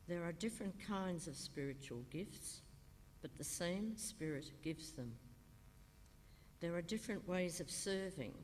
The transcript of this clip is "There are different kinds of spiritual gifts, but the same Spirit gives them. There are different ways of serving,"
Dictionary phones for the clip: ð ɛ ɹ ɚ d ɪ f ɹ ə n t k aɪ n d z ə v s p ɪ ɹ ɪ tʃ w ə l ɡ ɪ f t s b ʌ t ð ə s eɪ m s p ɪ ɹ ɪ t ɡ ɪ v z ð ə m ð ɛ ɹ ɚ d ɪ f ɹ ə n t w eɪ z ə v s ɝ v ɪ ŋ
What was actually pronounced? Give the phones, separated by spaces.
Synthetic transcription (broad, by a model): ð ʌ ɹ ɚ d ɪ f ɹ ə n k aɪ n d z ə v s p ɪ ɹ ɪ tʃ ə l ɡ ɪ f t s b ʌ t ð ə s eɪ m s p ɪ ɹ ɪ t ɡ ɪ v z ð ə m ð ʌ ɹ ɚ d ɪ f ɹ ə n t w eɪ z ə v s ɝ v ɪ ŋ